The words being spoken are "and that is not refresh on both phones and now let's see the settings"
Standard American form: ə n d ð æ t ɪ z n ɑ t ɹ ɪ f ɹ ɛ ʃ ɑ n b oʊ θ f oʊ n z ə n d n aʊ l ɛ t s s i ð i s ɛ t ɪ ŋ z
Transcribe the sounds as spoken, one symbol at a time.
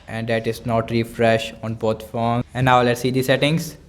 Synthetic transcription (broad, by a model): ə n d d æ t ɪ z n ɑ t ɹ ɪ f ɹ ɛ ʃ ɑ n b oʊ t f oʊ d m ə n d n aʊ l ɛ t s s i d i s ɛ t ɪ ŋ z